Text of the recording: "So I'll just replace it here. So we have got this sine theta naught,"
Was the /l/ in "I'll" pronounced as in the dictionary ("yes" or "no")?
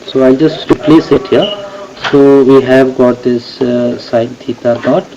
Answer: yes